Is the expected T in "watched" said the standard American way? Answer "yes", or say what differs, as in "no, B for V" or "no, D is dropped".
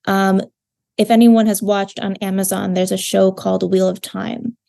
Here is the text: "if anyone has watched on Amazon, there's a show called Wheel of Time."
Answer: yes